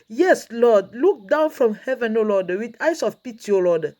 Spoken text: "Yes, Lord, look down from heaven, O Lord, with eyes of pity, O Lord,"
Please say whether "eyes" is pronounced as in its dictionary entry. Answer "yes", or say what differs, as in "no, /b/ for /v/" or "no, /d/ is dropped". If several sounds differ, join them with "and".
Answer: no, /s/ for /z/